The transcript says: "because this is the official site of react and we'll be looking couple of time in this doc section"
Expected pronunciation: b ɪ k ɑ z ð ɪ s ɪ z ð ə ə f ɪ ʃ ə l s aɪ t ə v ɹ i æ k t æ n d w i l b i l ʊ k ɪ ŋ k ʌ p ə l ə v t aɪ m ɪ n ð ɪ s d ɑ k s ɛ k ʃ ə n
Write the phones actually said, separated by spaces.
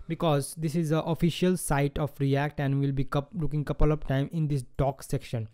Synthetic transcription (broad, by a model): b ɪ k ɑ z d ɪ s ɪ z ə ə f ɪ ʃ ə l s aɪ t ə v ɹ i æ k t æ n d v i l b i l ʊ k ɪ ŋ k ʌ p ə l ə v t aɪ m ɪ n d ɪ s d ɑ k s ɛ k ʃ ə n